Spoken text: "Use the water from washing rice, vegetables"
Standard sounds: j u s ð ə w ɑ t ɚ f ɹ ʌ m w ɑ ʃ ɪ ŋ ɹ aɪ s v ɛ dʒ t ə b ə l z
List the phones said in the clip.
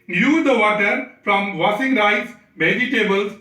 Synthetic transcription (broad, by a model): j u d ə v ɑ t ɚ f ɹ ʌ m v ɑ s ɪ ŋ ɹ aɪ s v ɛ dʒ t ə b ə l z